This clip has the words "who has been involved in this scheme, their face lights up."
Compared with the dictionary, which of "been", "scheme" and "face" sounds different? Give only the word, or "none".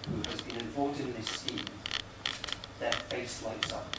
scheme